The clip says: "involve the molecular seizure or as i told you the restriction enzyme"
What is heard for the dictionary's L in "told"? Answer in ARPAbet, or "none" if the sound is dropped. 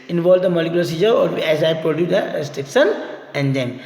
none